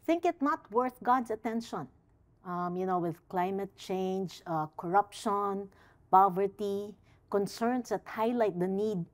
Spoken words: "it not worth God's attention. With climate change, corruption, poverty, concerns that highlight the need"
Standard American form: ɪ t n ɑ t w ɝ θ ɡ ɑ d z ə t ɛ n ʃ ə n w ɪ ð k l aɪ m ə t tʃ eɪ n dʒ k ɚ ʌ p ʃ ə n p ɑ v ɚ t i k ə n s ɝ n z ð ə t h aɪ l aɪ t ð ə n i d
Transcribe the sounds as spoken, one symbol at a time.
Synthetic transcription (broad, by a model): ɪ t n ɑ t w ɝ θ ɡ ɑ d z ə t ɛ n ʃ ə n w ɪ ð k l aɪ m ə t tʃ eɪ n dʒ k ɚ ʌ p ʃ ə n p ɑ v ɚ t i k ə n s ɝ n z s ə t h aɪ l aɪ t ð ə n i d